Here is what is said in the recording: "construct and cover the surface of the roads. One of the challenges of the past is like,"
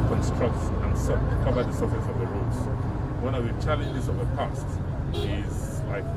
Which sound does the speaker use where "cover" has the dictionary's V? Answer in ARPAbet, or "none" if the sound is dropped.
B